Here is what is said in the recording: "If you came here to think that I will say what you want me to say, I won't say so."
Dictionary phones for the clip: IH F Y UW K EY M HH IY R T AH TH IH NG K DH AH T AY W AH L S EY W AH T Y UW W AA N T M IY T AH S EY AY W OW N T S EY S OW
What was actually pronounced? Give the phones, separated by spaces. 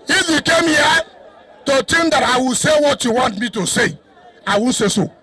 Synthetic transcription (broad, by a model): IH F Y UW K EY M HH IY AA T AH T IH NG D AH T AY W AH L S EY W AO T Y UW W AA N T M IY T AH S EY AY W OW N S EY S OW